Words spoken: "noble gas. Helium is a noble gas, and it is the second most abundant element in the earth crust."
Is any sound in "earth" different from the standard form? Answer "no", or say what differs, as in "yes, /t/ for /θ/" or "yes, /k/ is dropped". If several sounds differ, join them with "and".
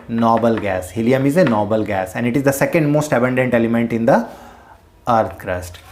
yes, /t/ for /θ/